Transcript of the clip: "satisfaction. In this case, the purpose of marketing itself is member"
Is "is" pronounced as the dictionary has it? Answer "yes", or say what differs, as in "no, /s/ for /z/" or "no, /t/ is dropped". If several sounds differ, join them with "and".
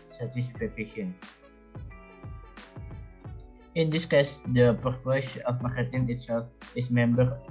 no, /s/ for /z/